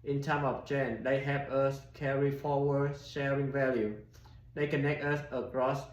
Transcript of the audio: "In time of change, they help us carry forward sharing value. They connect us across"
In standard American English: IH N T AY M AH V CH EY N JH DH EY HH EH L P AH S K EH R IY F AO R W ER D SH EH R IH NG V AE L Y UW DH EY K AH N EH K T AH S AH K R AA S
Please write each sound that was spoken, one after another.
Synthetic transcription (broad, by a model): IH N T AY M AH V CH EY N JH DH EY HH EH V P AH S K EH R IY F AO W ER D SH EH R IH NG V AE L Y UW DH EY K AH N EH K T AH S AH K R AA S